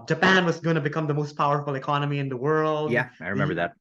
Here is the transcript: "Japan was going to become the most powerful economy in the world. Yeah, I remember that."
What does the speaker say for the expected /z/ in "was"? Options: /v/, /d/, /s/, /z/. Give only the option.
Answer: /z/